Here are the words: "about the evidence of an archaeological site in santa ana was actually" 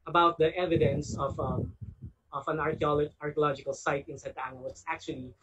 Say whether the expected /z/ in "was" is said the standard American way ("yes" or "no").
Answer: no